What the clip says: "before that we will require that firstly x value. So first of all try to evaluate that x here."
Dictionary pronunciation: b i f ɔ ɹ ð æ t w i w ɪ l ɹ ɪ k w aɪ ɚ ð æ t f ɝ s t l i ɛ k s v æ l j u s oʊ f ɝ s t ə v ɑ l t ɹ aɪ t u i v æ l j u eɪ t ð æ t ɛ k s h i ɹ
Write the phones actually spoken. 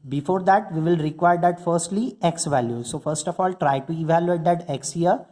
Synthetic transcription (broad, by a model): b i f ɔ ɹ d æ t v i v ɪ l ɹ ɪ k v aɪ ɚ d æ t f ɝ s t l i ɛ k s v æ l j u s oʊ f ɝ s t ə f ɑ l t ɹ aɪ t u i v æ l j u eɪ t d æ t ɛ k s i ɹ